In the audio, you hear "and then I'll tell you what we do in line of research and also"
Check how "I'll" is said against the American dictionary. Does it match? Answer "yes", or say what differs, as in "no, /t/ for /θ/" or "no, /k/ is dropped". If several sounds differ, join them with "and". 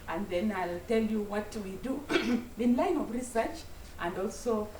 yes